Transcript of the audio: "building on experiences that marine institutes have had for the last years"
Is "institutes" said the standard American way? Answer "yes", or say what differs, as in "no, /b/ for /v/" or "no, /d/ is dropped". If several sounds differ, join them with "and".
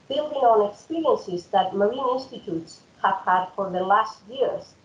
yes